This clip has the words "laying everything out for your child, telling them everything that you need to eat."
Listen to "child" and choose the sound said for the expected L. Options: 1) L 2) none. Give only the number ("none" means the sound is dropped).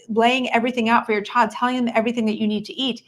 2